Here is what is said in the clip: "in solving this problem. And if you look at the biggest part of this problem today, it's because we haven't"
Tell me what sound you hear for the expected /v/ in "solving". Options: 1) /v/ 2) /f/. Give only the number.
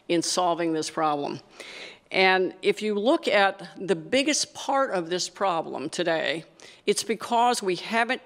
1